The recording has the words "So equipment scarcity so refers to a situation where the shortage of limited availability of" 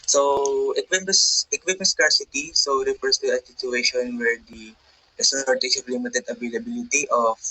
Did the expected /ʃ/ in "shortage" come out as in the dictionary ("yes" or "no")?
no